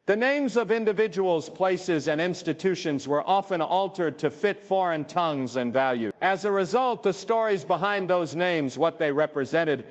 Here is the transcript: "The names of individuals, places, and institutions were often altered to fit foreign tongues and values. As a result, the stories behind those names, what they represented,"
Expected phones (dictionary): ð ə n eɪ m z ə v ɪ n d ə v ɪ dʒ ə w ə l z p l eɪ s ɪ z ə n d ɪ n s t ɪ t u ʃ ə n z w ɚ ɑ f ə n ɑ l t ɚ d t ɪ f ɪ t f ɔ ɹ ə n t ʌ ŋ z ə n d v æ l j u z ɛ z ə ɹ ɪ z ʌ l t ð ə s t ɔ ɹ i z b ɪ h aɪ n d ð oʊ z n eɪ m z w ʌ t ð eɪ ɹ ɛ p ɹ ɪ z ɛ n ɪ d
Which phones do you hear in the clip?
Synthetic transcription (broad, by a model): ð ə n eɪ m z ə v ɪ n d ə v ɪ dʒ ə w l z p l eɪ s ɪ z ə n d ɪ n s t ɪ t u ʃ ə n z w ɚ ɑ f ə n ɑ l t ɚ d t ɪ f ɪ t f ɔ ɹ ə n t ʌ ŋ z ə n v æ l j u ɪ z ə ɹ ɪ z ʌ l t ð ə s t ɔ ɹ i z b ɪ h aɪ n ð oʊ z n eɪ m z w ʌ t ð eɪ ɹ ɛ p ɹ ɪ z ɛ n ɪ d